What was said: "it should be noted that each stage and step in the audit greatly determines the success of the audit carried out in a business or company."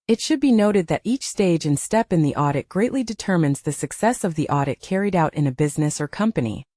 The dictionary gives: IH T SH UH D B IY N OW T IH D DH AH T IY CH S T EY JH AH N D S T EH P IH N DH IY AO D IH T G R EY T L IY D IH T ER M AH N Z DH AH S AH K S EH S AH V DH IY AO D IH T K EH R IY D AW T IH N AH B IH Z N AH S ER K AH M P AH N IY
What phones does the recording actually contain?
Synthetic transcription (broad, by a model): IH T SH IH D B IY N OW T IH D DH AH T IY CH S T EY JH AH N S T EH P IH N DH IY AO D IH T G R EY T L IY D IH T ER M AH N Z DH AH S AH K S EH S AH V DH IY AO D IH T K EH R IY D AW T IH N AH B IH Z N AH S ER K AH M P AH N IY